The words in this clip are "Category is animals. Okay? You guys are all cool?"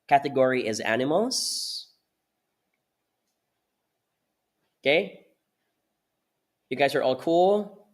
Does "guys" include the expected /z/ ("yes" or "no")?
yes